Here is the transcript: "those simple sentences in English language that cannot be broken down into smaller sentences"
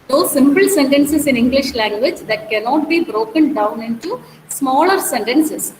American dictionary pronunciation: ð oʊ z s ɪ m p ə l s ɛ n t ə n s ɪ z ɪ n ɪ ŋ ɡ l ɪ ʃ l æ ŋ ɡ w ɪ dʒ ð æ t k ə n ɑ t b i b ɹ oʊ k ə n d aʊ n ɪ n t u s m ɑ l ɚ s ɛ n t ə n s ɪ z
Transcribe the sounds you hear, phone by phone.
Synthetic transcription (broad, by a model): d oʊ s ɪ m p ə l s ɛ n t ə n s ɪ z ɪ n ɪ ŋ ɡ l ɪ ʃ l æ ŋ ɡ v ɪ dʒ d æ t k ə n ɑ t b i b ɹ oʊ k ə n d aʊ n ɪ n t u s m ɑ l ɚ s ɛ n t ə n s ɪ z